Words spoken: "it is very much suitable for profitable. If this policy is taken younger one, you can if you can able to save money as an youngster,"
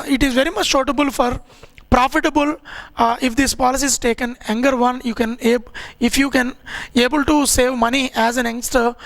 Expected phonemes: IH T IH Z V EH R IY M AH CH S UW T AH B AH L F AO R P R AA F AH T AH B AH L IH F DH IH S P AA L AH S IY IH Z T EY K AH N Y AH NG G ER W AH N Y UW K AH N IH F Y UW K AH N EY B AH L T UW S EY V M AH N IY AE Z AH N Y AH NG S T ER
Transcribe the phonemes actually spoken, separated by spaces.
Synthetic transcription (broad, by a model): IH T IH Z V EH R IY M AH CH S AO T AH B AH L F AO R P R AA F AH T AH B AH L IH F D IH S P AA L AH S IY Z T EY K AH N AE NG G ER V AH N Y UW K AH N IH F Y UW K AH N EY B AH L T UW S EY V M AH N IY AE Z AH N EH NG S T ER